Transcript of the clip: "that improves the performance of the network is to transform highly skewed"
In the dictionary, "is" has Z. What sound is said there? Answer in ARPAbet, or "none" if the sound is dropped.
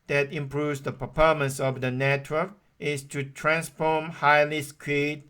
S